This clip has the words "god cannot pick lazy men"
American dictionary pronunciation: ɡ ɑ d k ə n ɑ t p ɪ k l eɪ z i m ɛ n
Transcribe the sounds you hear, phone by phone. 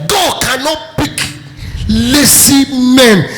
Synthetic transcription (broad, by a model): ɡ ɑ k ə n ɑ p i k l eɪ s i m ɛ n